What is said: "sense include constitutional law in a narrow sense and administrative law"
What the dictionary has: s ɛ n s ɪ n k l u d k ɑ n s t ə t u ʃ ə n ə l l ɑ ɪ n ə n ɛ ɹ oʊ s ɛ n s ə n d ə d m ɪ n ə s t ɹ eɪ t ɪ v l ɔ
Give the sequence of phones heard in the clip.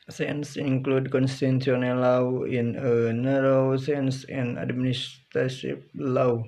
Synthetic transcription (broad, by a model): s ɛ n s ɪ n k l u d k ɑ n s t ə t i ə n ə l l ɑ ɪ n ə n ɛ ɹ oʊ s ɛ n s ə n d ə d m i n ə s t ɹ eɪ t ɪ p l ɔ